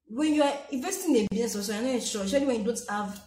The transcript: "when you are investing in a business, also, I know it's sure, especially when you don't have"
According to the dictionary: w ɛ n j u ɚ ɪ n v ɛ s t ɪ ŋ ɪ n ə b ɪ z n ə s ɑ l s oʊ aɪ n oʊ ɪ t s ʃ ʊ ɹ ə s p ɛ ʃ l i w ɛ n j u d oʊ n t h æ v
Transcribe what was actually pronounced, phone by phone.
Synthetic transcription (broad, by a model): w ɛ n j u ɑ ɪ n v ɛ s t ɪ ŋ ɪ n ə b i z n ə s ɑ s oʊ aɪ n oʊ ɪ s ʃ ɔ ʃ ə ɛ l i w ɛ n j u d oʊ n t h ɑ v